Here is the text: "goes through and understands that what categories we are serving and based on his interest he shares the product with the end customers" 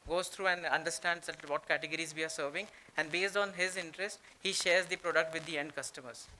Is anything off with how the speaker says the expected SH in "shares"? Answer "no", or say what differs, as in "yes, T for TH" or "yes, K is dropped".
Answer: no